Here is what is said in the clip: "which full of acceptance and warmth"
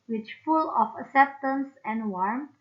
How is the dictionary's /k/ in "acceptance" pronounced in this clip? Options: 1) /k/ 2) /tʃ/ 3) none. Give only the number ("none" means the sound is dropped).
1